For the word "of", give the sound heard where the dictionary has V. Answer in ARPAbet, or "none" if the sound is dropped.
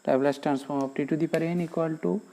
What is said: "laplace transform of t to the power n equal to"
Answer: P